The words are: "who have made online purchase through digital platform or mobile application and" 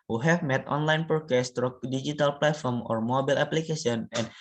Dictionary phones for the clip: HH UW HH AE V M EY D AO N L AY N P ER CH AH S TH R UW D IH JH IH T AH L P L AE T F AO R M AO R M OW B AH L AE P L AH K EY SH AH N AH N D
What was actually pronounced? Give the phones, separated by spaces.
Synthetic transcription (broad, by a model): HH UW HH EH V M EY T AO N L AY N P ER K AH S T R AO D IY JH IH T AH L P L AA T F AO R M AO R M OW B AH L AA P L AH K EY S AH N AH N